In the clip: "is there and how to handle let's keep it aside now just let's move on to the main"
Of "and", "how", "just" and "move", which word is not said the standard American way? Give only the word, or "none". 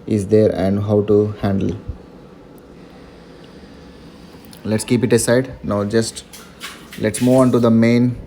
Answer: move